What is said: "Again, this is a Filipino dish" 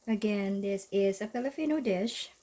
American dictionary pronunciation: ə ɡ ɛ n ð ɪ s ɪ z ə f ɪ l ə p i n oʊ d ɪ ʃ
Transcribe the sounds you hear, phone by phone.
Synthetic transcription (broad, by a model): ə ɡ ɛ n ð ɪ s ɪ z ə p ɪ l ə f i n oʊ d ɪ ʃ